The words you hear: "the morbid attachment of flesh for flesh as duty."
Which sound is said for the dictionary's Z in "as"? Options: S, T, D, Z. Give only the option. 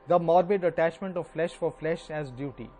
Z